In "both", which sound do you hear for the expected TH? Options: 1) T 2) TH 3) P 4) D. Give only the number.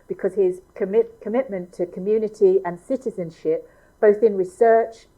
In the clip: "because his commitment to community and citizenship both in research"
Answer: 2